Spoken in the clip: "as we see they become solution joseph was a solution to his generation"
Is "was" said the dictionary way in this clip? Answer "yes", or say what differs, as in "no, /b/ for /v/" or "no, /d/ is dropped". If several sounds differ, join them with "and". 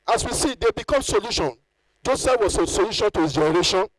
no, /s/ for /z/